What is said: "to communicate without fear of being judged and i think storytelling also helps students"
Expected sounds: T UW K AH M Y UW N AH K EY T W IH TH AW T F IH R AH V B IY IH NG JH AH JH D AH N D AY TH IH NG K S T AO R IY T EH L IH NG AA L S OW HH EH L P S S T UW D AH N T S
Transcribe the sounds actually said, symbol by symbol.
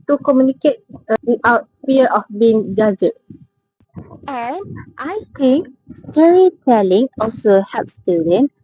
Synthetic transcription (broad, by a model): T UW K AH M Y UW N AH K EY T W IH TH AW T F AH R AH F B IY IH NG JH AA JH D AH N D AY T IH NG K S T AO R IY T EH L IH NG AA L S OW HH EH P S S T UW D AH N